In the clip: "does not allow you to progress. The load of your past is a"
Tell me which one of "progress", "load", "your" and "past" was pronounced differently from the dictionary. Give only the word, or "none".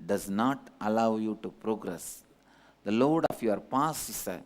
past